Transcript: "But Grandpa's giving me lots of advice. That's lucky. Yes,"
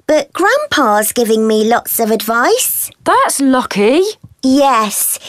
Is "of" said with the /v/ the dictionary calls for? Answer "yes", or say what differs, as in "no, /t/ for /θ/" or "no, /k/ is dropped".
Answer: yes